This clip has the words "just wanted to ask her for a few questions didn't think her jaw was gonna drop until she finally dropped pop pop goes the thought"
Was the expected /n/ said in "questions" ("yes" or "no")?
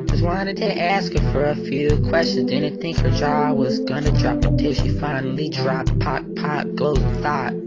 yes